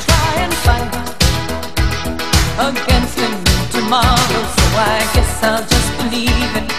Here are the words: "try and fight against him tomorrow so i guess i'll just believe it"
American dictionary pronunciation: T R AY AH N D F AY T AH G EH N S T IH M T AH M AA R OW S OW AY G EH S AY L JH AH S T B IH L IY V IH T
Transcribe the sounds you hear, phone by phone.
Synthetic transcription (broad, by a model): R AY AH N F AY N AH G EH N S T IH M T AH M AA R OW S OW AY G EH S AY L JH AH S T B IH L IY V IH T